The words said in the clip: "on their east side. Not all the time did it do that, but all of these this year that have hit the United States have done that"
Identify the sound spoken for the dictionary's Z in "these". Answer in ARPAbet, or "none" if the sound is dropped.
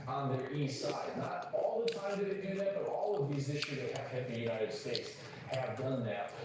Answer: Z